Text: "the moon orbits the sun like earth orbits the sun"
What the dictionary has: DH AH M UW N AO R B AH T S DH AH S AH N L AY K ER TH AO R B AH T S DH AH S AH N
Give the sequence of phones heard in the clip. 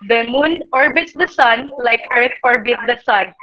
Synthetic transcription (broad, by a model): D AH M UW N AO R B AH T S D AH S AH N L AY K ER T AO R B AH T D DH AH S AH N